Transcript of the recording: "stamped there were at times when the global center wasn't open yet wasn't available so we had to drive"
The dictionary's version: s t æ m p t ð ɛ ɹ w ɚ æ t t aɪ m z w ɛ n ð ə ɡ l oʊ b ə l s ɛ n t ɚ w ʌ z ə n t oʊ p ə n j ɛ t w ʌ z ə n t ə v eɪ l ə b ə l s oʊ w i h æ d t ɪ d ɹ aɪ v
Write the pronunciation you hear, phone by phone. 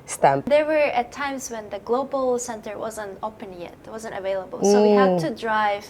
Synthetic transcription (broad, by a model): s t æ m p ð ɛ ɹ w ɚ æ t t aɪ m z w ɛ n ð ə ɡ l oʊ b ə l s ɛ n t ɚ w ʌ z ə n t oʊ p ə n j ɛ t w ʌ z ə n t ə v eɪ l ə b ə l s oʊ w i h æ d t ɪ d ɹ aɪ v